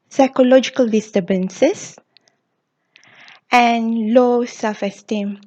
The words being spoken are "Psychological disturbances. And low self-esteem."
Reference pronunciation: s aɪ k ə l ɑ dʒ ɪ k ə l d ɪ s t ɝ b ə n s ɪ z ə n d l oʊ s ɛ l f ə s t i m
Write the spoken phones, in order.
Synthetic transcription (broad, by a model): s aɪ k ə l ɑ dʒ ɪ k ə l d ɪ s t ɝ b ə n s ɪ s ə n l oʊ s ɛ l f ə s t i m